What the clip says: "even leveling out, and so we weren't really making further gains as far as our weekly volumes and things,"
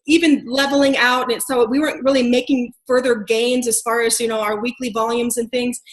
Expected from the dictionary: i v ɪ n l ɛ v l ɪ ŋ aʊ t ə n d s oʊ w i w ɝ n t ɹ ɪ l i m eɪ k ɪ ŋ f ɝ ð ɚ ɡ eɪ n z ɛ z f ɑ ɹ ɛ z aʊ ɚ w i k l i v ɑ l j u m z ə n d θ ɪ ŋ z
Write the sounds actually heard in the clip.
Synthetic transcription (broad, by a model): i v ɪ n l ɛ v l ɪ ŋ aʊ t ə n s oʊ w i w ɝ n t ɹ ɪ l i m eɪ k ɪ ŋ f ɝ ð ɚ ɡ eɪ n z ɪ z f ɑ ɹ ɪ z aʊ ɚ w i k l i v ɑ l j u m z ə n θ ɪ ŋ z